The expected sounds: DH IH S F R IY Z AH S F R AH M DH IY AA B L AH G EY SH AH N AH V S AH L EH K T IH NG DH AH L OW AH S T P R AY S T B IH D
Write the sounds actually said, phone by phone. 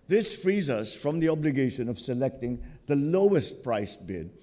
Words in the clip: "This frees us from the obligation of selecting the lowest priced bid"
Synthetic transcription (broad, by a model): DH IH S F R IY Z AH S F R AH M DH IY AA B L AH G EY SH AH N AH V S AH L EH K T IH NG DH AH L OW AH S T P R AY S B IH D